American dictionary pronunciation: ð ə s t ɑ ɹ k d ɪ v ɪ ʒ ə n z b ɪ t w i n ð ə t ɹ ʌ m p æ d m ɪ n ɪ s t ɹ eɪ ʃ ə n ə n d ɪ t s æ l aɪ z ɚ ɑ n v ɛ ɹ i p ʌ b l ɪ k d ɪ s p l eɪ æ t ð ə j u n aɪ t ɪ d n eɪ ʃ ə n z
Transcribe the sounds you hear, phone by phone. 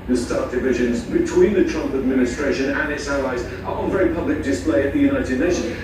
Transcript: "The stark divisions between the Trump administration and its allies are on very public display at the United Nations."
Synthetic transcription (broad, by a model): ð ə s t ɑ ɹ d ɪ v ɪ ʒ ə n z b ɪ t w i n ð ə t ɹ ʌ m p æ d m ɪ n ɪ s t ɹ eɪ ʃ ə n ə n ɪ t s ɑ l aɪ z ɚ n v ɛ ɹ i p ʌ b l ɪ k d ɪ s p l eɪ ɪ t ð ə j u n aɪ t ɪ d n eɪ ʃ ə n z